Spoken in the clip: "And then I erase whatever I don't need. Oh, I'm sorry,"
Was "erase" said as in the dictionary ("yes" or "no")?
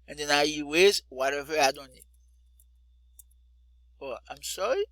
no